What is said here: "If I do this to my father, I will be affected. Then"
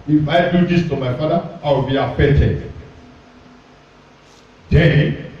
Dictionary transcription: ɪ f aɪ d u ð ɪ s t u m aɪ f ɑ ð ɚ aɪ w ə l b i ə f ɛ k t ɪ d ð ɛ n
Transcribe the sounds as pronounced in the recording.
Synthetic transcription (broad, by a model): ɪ f aɪ d u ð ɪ s t u m aɪ f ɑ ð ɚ aɪ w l b i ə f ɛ t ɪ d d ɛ